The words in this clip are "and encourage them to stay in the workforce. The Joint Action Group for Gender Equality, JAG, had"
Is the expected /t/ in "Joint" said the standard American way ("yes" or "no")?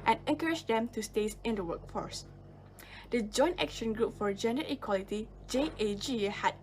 yes